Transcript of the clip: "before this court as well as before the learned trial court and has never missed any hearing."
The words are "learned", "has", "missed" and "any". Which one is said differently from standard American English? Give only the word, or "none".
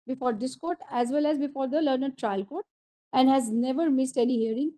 none